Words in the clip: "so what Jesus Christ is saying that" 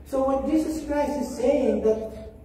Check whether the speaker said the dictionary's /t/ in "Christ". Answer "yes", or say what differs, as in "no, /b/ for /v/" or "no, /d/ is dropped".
no, /t/ is dropped